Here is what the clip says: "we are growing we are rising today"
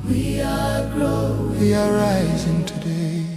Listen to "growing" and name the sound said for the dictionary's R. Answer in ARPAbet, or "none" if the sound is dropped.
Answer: L